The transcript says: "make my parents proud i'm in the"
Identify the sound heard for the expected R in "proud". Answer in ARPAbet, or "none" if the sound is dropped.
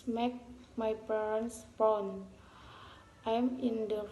none